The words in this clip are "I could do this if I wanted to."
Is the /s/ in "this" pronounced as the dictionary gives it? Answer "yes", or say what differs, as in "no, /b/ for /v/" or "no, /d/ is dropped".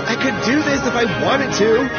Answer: yes